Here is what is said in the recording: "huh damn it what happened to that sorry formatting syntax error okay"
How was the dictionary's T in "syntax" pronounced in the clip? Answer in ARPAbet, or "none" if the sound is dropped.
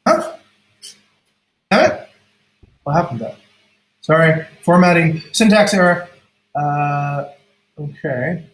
T